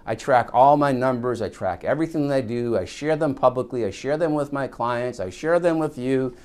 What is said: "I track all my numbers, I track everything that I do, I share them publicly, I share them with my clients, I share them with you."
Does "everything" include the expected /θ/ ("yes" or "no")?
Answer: yes